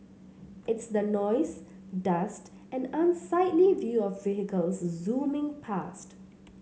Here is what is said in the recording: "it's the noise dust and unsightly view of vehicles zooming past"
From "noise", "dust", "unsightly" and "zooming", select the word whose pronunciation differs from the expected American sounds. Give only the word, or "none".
none